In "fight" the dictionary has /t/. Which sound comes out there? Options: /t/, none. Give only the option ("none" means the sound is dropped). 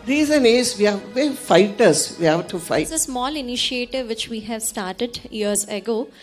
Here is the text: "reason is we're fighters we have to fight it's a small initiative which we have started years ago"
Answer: none